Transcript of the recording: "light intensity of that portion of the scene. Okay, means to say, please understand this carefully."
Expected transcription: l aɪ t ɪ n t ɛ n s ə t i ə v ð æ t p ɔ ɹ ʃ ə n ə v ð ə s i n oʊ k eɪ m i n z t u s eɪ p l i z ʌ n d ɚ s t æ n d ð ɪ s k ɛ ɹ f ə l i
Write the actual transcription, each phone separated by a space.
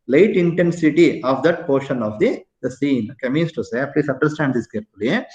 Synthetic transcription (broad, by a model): l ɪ t ɪ n t ɛ n s ə t i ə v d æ t p ɔ ɹ ʃ ə n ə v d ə s i n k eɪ m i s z t u s eɪ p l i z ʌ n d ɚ s t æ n d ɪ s k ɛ ɹ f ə l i